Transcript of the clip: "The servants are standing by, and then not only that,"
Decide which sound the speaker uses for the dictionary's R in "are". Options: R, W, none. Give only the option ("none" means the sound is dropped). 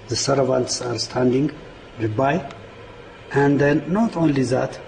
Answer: R